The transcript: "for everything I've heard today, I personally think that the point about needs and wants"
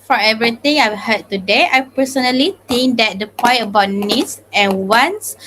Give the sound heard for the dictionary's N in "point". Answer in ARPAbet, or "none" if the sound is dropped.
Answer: none